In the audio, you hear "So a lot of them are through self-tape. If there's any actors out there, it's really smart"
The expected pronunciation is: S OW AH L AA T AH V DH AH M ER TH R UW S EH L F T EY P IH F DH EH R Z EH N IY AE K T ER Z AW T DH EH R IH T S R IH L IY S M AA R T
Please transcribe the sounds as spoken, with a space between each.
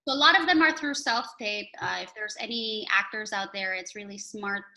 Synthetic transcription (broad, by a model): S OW AH L AA T AH V DH AH M ER TH R UW S EH L F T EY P IH F DH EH R Z EH N IY AE K T ER Z AW T DH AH R IH T S R IH L IY S M AA R T